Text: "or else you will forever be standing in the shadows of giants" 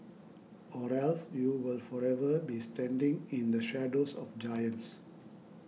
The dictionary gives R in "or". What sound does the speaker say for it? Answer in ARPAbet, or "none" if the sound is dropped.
R